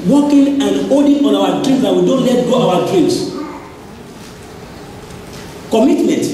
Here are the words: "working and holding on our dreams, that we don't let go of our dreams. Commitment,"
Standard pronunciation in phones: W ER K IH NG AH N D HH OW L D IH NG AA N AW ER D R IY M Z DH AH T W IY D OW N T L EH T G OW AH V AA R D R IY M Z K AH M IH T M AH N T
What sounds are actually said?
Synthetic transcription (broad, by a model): W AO K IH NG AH N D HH OW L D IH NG AA N AW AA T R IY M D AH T W IY D OW N T L EH T G OW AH W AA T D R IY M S K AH M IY T M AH N T